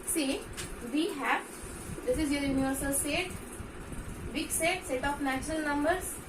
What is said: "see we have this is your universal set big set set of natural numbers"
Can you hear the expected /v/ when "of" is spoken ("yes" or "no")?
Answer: no